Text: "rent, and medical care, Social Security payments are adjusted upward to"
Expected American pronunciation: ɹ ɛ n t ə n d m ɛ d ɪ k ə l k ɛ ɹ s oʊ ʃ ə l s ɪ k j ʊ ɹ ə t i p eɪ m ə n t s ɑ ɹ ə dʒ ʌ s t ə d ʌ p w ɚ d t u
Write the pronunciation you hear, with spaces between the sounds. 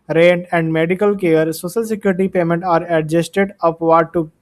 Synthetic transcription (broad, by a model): ɹ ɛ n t ə n d m ɛ d ɪ k ə l k ɛ ɹ s oʊ ʃ ə l s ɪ k j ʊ ɹ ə t i p eɪ m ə n t ɑ ɹ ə dʒ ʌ s t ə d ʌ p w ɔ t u